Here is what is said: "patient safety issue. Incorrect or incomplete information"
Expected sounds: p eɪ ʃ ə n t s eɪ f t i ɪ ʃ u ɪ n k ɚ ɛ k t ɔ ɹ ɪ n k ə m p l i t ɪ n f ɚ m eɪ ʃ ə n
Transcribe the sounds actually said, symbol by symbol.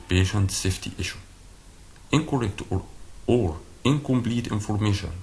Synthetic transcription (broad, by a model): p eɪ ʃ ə n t s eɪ f t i ɪ ʃ u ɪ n k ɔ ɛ k t ɔ ɹ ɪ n k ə m p l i t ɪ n f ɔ m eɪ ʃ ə n